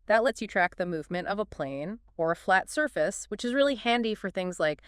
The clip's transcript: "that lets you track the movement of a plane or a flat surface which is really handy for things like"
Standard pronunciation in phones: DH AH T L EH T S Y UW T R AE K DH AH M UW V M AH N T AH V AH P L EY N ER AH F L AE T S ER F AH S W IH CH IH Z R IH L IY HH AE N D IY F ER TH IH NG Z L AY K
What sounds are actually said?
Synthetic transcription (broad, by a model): DH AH T L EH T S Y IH T R AE K DH AH M UW V M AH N T AH V AH P L EY N ER AH F L AE T S ER F AH S W IH CH IH Z R IH L IY HH AE N D IY F ER TH IH NG Z L AY K